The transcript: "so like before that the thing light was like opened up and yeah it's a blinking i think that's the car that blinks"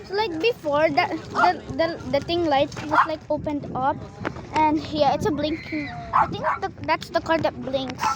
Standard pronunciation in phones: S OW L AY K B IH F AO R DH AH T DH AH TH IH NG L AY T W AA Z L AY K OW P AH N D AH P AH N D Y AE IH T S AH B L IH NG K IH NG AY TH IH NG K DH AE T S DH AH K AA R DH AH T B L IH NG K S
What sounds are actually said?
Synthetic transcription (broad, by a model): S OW L AY K B IH F AO R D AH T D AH T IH NG L AY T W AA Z L AY K OW P AH N D AH P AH N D Y AE IH T S AH B L IH NG K IH NG AY T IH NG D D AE T S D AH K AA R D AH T B L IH NG K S